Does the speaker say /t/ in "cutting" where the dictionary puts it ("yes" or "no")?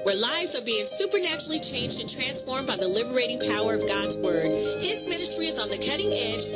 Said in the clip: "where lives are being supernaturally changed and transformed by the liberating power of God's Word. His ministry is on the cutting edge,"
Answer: yes